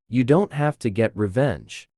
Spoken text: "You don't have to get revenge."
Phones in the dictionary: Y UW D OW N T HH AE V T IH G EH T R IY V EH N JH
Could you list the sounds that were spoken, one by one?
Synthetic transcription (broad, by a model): Y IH D OW N T HH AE F T IH G EH T R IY V EH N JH